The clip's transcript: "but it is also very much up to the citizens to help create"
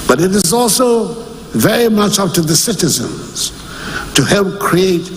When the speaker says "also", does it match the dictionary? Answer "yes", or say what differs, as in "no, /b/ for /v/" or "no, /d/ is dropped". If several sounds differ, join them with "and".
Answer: yes